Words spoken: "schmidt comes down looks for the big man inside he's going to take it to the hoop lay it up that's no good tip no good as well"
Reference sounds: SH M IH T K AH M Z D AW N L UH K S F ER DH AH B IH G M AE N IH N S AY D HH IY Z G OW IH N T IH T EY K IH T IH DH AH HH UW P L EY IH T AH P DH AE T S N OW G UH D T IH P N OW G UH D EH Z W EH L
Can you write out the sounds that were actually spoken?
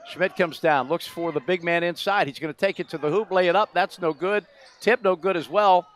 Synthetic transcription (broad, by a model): SH M IH T K AH M Z D AW N L UH K S F ER DH AH B IH G M AE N IH N S AY D HH IY Z G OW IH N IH T EY K IH T IH DH AH HH UW P L EY IH T AH P DH AE T S N OW G UH D T IH P N OW G UH D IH Z W EH L